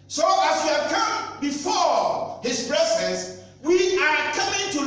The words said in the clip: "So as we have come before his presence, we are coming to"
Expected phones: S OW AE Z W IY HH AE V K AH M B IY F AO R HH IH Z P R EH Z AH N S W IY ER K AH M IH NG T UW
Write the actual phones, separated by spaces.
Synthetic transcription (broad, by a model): S OW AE S W IY HH AE V K AH M B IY F AO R HH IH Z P R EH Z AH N S W IY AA K AH M IH NG T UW